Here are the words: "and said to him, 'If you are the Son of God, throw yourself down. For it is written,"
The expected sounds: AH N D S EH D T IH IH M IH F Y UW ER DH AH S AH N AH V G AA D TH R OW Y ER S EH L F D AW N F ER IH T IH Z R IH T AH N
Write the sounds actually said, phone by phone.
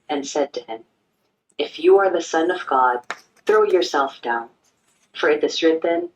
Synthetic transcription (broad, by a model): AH N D S EH D T IH IH M IH F Y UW ER DH AH S AH N AH V G AA D TH R OW Y ER S EH L F D AW N F ER IH T IH Z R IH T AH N